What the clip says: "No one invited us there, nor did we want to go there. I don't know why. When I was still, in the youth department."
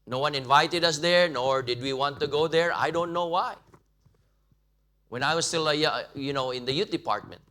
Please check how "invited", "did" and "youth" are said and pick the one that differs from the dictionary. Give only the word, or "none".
youth